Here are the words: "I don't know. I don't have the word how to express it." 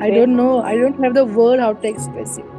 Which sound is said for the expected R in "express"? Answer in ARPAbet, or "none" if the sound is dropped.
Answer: none